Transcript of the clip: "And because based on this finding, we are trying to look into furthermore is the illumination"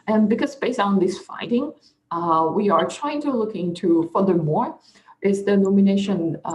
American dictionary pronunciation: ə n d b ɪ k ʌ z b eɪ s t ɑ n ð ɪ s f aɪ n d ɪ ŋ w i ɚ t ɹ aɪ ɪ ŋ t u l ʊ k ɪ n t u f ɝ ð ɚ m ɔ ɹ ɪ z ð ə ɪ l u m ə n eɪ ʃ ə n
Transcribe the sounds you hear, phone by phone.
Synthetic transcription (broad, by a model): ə n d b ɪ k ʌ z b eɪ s ɑ n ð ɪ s f aɪ d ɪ ŋ w i ɚ t ɹ aɪ ɪ ŋ t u l ʊ k ɪ n t u f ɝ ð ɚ m ɔ ɹ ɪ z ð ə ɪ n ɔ m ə n eɪ ʃ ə n